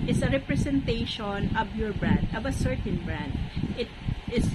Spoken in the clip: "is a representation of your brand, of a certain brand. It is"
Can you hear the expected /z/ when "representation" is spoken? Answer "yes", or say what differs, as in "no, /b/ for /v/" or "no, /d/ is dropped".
no, /s/ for /z/